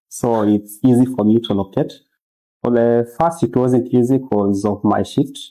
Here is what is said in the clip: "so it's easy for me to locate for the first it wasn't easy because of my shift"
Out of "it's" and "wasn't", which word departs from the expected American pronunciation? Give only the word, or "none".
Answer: none